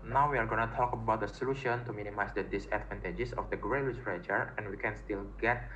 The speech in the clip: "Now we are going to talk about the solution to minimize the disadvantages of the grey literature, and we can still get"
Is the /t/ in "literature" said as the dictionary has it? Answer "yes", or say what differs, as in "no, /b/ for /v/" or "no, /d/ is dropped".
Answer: no, /s/ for /t/